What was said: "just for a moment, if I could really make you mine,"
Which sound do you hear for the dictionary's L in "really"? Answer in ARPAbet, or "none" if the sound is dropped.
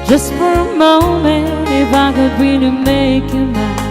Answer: N